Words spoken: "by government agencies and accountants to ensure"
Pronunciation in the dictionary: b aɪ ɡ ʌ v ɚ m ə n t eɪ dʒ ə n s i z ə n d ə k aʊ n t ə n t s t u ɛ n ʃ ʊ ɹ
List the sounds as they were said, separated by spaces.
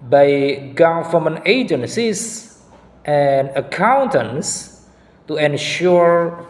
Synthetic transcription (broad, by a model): b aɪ ɡ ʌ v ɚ m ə n eɪ dʒ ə n s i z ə n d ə k aʊ n t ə n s t u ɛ n ʃ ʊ ɹ